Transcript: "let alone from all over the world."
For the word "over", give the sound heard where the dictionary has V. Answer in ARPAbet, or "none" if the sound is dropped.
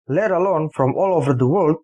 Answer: V